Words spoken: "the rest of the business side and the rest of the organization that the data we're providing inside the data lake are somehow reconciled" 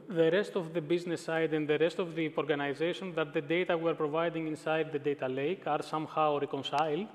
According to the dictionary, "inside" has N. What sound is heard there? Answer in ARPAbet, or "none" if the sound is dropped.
N